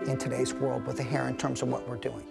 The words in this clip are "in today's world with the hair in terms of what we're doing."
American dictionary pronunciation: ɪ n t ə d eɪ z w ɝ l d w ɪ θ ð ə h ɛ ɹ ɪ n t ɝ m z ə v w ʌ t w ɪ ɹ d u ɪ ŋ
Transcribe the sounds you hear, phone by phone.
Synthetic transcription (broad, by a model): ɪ n t ə d eɪ z w ɝ l d w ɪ ð ə h ɛ ɹ ɪ n t ɝ m z ə v w ʌ t w ɪ ɹ d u ɪ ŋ